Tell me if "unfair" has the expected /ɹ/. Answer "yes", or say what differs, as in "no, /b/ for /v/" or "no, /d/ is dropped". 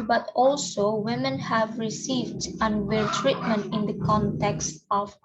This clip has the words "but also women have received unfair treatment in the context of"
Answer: no, /l/ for /ɹ/